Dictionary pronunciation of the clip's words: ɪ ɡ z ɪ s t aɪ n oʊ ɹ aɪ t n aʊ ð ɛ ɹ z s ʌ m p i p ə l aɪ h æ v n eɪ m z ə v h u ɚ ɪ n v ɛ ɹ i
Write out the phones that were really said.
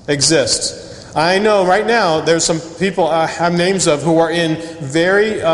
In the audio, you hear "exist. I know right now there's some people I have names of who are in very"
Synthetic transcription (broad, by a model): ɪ ɡ z ɪ s t aɪ n oʊ ɹ aɪ t n aʊ ð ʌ ɹ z s ʌ m p i p l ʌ v n eɪ m z ə v h u ɚ ɪ n v ɛ ɹ i